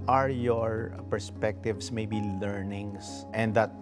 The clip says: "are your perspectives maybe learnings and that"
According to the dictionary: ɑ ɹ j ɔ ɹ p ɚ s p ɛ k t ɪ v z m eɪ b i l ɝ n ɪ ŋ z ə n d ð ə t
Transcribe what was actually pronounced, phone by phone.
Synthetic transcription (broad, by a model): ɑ ɹ j ɔ ɹ p ɚ s p ɛ k t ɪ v s m eɪ b i l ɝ n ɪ ŋ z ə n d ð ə t